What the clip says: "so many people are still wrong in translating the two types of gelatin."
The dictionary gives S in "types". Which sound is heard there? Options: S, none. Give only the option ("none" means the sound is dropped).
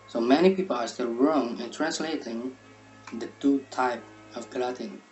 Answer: none